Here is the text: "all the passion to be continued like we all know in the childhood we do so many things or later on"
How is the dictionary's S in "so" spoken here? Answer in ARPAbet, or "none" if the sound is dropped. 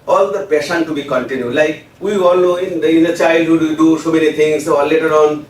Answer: S